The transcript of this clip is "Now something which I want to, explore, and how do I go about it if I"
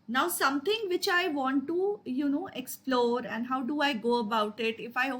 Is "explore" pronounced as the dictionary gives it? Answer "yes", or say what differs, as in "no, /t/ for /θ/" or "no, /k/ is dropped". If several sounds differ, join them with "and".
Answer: yes